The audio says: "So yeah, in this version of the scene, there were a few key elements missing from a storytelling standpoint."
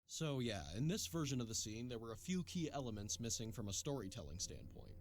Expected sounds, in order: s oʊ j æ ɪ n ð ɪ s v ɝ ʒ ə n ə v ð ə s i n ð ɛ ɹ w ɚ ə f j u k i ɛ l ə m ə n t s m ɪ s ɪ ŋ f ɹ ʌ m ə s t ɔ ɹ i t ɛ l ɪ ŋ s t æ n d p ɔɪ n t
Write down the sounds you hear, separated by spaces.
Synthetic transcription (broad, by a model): s oʊ j æ ɪ n ð ɪ s v ɝ ʒ ə n ə v ð ə s i n ð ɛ ɹ w ɚ ə f j u k i ɛ l ə m ə n t s m ɪ s ɪ ŋ f ɹ ʌ m ə s t ɔ ɹ i t ɛ l ɪ ŋ s t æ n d p ɔɪ n t